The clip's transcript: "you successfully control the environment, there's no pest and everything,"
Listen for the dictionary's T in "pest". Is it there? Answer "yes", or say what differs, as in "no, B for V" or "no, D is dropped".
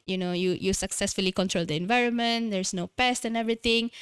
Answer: yes